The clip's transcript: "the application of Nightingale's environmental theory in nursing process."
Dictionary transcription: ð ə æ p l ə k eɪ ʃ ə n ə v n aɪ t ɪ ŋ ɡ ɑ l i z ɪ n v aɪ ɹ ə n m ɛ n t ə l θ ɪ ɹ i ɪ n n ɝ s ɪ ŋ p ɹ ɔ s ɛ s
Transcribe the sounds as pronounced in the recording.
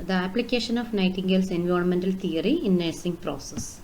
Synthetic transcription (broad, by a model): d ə æ p l ə k eɪ ʃ ə n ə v n aɪ t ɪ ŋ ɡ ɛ l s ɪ n v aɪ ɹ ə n m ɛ n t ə l t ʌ ɹ i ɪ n n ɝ s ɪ ŋ p ɹ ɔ s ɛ s